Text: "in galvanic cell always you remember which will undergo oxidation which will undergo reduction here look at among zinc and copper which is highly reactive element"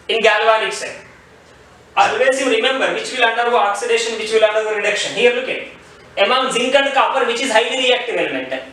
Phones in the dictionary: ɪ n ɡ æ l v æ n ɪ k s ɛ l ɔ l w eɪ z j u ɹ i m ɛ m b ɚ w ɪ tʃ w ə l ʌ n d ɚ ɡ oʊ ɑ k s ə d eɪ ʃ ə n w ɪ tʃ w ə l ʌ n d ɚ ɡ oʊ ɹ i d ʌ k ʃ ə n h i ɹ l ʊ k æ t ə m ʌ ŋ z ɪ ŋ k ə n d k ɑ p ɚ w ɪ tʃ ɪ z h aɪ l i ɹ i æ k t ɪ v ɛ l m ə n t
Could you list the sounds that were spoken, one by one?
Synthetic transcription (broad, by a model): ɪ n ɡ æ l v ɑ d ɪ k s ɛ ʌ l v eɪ s j u ɹ i m ɛ m b ɚ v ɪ tʃ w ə l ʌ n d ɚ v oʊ ɑ k s ə d eɪ ʃ ə n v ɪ tʃ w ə l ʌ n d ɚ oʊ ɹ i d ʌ k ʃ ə n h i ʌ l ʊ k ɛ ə m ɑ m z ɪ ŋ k ə n d k ɑ p ɚ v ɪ tʃ ɪ z h aɪ l i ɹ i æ k t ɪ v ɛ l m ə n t